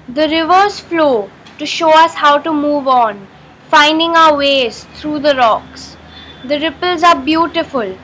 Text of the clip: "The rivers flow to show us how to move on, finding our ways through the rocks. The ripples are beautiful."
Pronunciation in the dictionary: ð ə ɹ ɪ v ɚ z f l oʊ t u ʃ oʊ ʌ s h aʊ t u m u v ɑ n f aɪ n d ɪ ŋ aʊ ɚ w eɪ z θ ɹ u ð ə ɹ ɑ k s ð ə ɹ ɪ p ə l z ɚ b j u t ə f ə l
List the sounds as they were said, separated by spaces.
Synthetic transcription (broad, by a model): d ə ɹ ɪ v ɚ z f l oʊ t u ʃ oʊ ʌ s h aʊ t u m u v ɑ n f aɪ n d ɪ ŋ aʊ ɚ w eɪ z t ɹ u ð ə ɹ ɑ k s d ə ɹ ɪ p ə l z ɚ b j u t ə f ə l